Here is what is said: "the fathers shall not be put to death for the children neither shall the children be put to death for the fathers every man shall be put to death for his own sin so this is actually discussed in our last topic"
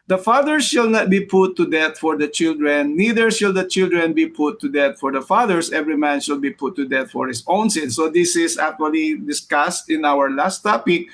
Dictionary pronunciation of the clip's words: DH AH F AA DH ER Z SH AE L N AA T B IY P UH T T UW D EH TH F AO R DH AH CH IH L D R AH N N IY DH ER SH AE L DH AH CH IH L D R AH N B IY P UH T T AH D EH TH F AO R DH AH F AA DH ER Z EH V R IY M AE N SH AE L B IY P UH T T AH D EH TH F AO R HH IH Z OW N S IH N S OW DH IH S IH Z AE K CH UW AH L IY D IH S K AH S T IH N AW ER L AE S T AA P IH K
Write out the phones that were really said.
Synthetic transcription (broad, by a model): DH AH F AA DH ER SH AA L N AA T B IY P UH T T UW D EH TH F AO R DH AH CH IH L D R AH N N IY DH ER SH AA L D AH CH IH L D R AH N B IY P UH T T AH D EH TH F AO R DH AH F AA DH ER S EH V R IY M AE N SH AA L B IY P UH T T AH D EH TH F AO R HH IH S OW N S IH N S OW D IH S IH S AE K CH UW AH L IY D IH S K AH S T IH N AW ER L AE S T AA P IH K